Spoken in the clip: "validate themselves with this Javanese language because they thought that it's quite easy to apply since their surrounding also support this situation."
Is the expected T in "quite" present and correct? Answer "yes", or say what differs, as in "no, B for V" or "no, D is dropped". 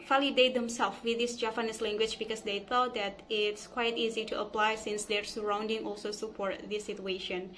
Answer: yes